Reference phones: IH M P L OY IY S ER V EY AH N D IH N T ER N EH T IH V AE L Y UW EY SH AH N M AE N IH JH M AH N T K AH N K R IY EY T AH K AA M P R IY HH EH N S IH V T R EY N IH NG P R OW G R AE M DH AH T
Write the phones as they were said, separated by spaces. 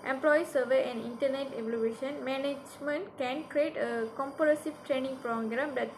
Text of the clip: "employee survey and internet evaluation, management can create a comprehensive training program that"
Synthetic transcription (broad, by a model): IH M P L OY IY S ER V EY AH N D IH N T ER N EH T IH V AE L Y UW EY SH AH N M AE N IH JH M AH N T K AH N K R IY EY T AH K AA M P IY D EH S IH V T R EY N IH NG P R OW G R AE M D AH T